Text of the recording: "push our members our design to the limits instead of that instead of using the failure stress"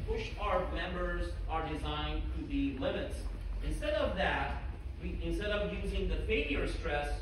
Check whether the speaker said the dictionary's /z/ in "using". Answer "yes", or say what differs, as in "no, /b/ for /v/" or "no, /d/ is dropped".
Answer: yes